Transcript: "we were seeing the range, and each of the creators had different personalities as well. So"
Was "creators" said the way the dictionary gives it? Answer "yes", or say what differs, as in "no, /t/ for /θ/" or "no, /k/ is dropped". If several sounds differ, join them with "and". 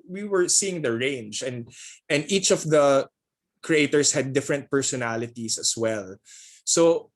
no, /s/ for /z/